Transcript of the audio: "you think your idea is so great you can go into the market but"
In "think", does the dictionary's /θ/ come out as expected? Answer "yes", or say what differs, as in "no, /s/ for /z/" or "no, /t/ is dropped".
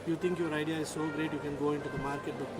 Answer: no, /t/ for /θ/